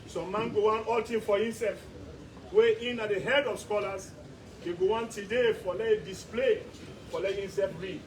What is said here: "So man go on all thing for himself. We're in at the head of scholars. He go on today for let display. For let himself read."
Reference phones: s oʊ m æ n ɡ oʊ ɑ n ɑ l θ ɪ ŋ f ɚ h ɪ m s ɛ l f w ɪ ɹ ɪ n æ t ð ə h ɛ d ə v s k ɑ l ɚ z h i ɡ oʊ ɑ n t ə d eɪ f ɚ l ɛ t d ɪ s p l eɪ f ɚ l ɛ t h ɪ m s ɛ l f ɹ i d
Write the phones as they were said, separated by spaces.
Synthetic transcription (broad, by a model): s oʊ m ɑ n ɡ oʊ ɑ n ɑ l t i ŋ f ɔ h ɪ m s ɛ l f w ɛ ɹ ɪ n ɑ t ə h ɛ d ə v s k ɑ l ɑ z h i ɡ oʊ ɑ n t ə d eɪ f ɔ l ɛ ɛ d ɪ s p l eɪ f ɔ l ɛ t h ɪ m s ɛ l f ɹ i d